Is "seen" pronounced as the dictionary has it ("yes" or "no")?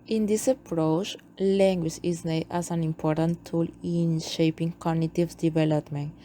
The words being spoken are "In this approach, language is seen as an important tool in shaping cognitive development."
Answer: no